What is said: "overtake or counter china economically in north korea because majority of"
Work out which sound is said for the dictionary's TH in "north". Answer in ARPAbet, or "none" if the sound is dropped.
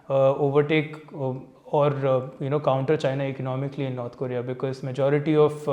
T